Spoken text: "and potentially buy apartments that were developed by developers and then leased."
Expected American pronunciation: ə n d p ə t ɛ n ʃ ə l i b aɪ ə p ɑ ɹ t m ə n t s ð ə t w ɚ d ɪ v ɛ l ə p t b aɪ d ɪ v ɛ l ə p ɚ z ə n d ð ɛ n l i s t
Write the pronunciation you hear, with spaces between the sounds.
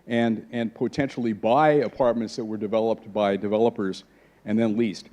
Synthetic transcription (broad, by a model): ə n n p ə t ɛ n ʃ l i b aɪ ə p ɑ ɹ t m ə n t s ð ə t w ɚ d ɪ v ɛ l ə p t b aɪ d ɪ v ɛ l ə p ɚ z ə n ð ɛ n l i s t